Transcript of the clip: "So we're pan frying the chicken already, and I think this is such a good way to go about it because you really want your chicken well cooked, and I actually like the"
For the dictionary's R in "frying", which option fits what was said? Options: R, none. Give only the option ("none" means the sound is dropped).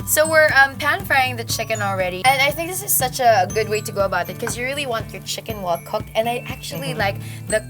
none